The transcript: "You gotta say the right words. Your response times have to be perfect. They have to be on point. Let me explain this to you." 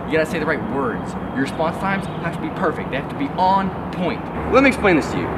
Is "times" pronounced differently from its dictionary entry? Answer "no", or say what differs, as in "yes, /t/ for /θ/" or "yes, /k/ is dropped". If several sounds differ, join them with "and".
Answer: no